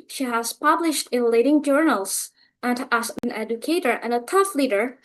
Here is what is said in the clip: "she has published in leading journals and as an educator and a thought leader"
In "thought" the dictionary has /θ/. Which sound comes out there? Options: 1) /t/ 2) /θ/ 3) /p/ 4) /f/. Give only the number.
1